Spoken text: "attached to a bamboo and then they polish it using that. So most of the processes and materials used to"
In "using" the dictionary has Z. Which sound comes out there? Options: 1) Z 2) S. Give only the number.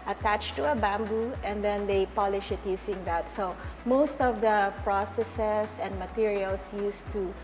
2